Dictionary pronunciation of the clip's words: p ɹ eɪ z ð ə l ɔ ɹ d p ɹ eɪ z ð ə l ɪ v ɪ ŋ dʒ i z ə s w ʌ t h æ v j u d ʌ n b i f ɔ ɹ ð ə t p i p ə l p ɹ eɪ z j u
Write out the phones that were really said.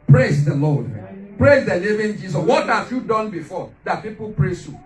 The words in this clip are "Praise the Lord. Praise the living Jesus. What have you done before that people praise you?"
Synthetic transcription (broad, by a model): p ɹ eɪ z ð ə l ɔ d p ɹ eɪ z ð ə n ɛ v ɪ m dʒ i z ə s w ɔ t h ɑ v j u d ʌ n b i f ɔ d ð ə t p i p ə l p ɹ eɪ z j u